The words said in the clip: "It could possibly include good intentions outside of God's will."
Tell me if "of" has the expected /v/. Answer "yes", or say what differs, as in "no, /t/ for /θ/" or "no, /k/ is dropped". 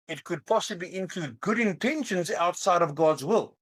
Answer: yes